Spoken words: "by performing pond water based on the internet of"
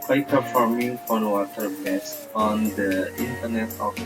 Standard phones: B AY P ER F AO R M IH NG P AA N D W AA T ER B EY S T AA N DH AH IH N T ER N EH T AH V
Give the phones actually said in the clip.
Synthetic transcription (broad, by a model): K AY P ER F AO R M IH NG F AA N W AA T ER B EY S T AA N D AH IH N T ER N EH T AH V